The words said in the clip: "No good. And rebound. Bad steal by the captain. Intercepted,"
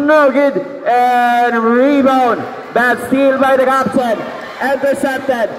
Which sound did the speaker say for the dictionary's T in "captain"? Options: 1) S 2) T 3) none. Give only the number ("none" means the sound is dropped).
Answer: 1